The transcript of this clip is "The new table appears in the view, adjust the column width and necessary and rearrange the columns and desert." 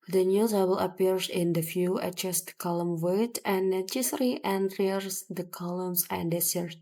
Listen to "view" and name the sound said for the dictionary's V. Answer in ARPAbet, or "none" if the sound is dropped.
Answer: F